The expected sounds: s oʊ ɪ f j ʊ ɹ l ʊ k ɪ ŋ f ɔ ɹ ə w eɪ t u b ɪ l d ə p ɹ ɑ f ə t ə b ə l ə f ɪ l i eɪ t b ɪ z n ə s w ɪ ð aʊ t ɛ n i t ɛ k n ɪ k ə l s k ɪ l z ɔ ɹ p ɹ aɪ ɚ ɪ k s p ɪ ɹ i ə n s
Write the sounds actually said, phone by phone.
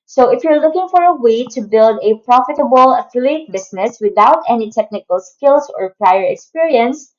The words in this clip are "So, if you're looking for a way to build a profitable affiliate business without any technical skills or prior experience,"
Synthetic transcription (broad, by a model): s oʊ ɪ f j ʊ ɹ l ʊ k ɪ ŋ f ɔ ɹ ə w eɪ t u b ɪ l d ə p ɹ ɑ f ə t ə b ə l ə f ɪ l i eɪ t b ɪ s n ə s w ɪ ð aʊ t ɛ n i t ɛ k n ɪ k ə l s k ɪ l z ɔ ɹ p ɹ aɪ ɚ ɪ k s p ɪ ɹ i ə n s